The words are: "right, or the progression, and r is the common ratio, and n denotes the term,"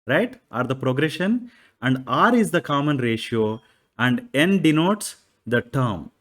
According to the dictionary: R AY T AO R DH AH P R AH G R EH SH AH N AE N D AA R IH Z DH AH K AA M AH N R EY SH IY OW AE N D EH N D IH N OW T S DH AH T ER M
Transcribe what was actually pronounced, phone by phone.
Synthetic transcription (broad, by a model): R AY T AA R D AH P R AH G R EH SH AH N AE N D AA R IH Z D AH K AA M AH N R EY SH IY OW AE N D EH N D IH N OW T S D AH T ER M